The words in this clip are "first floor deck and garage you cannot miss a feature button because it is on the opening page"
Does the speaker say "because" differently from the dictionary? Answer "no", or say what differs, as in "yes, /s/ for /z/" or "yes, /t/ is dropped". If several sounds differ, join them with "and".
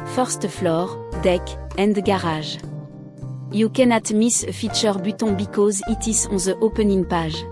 no